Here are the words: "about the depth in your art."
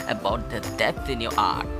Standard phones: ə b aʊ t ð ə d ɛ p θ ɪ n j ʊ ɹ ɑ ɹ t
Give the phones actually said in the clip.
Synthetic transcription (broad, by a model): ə b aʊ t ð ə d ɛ θ ɪ n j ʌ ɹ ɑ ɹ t